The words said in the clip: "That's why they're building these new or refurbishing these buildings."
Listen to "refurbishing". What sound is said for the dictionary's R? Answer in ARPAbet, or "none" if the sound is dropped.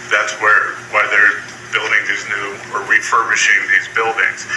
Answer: W